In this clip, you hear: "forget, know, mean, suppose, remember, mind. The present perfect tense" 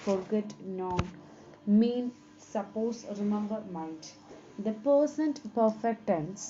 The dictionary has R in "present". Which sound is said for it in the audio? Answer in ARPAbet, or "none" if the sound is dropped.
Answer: none